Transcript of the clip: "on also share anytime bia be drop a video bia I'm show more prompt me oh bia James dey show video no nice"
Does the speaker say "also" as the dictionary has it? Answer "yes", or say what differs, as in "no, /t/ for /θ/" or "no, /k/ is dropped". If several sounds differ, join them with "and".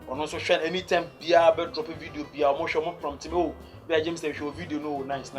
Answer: no, /n/ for /l/